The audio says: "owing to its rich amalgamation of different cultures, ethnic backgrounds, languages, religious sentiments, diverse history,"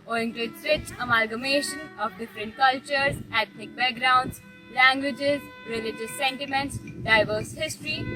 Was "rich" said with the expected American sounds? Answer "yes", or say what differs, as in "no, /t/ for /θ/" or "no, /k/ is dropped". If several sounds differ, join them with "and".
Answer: no, /w/ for /ɹ/